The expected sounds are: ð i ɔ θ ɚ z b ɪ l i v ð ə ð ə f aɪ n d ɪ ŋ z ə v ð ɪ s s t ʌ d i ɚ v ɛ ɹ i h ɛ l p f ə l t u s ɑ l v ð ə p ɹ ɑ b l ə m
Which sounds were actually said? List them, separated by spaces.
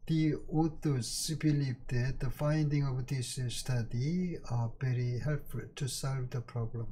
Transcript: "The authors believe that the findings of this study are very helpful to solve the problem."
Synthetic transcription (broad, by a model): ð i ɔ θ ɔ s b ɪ l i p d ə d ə f aɪ n d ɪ ŋ ə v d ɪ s s t ʌ d i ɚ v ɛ ɹ i h ɛ l p f ə l t u s ɑ l v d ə p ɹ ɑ b l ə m